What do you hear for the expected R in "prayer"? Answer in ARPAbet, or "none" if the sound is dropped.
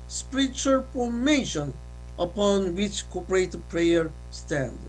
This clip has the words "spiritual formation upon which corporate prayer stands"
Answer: R